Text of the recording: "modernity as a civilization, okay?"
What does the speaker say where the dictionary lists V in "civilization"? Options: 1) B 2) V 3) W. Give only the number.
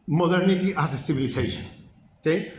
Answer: 1